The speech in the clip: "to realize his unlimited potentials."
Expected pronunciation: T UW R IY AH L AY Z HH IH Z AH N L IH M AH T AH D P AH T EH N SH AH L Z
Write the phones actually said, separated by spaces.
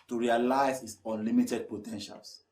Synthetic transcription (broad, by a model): T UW R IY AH L AY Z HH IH S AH N L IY M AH T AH D P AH T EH N SH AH L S